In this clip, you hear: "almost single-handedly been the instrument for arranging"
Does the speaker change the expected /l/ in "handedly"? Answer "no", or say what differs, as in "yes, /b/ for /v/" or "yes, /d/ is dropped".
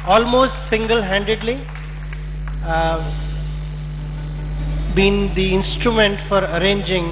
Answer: no